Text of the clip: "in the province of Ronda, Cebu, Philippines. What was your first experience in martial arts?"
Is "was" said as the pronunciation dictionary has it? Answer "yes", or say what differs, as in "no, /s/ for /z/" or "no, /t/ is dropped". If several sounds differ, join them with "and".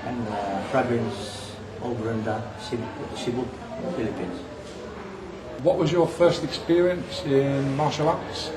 yes